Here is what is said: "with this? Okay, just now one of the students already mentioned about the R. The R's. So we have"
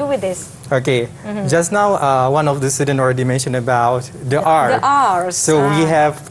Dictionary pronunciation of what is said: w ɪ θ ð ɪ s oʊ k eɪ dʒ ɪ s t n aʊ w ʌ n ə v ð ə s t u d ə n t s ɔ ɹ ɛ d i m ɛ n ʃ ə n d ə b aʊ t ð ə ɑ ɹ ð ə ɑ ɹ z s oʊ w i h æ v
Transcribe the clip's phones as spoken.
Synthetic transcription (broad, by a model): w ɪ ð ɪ s oʊ k eɪ dʒ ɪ s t n aʊ w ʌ n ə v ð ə s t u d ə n ɔ ɹ ɛ d i m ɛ n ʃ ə n ə b aʊ t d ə ɑ ɹ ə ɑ s oʊ w i h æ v